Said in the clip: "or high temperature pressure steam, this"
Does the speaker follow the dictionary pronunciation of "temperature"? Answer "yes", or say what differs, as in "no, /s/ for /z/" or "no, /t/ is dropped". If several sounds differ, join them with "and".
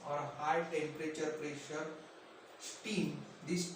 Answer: yes